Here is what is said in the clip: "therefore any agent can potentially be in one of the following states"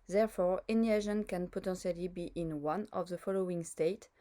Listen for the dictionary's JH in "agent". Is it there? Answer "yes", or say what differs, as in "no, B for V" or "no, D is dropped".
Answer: no, ZH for JH